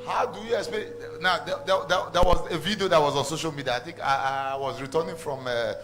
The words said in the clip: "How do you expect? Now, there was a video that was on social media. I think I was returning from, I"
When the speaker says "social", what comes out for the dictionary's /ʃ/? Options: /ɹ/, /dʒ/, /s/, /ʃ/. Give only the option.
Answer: /ʃ/